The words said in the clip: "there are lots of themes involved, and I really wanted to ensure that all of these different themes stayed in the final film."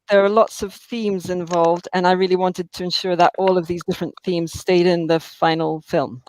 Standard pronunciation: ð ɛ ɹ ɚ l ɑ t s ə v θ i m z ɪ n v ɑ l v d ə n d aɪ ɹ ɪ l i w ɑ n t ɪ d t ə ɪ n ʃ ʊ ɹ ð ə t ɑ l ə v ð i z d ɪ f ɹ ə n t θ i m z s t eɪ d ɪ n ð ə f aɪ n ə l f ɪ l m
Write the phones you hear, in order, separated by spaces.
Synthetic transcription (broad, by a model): ð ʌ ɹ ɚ l ɑ t s ə v θ i m z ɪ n v ɑ l v d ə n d aɪ ɹ ɪ l i w ɑ n t ɪ d t ə ɪ n ʃ ʊ ɹ ð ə t ɑ l ə v ð i z d ɪ f ɹ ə n θ i m z s t eɪ d ɪ n ð ə f aɪ n l f ɪ l m